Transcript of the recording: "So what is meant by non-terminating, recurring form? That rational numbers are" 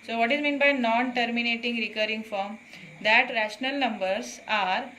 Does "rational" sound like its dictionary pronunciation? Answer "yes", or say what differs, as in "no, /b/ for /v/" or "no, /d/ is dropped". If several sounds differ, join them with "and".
yes